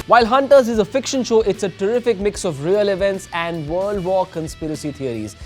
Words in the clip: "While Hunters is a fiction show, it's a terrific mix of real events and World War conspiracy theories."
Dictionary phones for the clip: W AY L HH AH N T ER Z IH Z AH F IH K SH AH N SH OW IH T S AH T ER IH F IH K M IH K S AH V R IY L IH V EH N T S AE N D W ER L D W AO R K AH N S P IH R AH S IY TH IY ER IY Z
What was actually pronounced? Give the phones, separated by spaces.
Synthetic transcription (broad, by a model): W AY L HH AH N T ER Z IH Z AH F IH K SH AH N SH OW IH T S AH T ER IH F IH K M IH K S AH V R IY L IH V EH N T S AE N D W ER L D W AO K AH N S P IH R AH S IY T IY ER IY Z